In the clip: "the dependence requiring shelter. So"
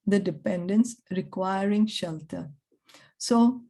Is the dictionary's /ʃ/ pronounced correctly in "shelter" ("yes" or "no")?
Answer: yes